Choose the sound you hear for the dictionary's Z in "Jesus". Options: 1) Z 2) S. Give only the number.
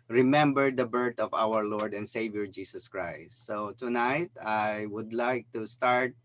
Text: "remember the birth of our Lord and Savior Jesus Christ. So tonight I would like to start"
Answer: 2